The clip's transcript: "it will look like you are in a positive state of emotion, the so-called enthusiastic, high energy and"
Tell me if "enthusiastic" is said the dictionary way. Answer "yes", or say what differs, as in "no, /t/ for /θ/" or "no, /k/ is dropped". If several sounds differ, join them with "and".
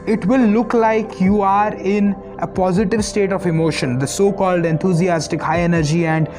no, /t/ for /θ/